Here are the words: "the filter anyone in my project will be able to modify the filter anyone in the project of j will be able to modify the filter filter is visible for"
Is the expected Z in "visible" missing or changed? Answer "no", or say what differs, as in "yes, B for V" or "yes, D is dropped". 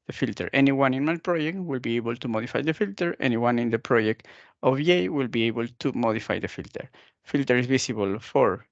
yes, S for Z